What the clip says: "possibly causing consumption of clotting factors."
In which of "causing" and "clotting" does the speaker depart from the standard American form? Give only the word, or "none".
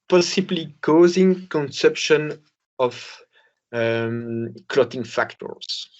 none